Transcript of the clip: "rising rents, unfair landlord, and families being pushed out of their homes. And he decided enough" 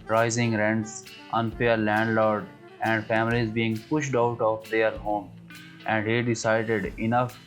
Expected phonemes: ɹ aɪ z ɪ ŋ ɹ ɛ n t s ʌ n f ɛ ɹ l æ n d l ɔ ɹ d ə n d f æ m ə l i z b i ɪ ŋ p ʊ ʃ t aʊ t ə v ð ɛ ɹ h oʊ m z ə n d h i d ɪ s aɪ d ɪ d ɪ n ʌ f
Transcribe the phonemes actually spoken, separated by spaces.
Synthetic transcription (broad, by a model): ɹ aɪ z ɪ ŋ ɹ ɛ n t s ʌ n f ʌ ɹ l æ n d l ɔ ɹ d ə n d f æ m ə l i z b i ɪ ŋ p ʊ ʃ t aʊ t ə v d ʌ ɹ h oʊ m ə n d h i d ɪ s aɪ d ɪ d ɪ n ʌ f